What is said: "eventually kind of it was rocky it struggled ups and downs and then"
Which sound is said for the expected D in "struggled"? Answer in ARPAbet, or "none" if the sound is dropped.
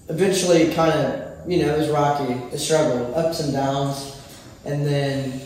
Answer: none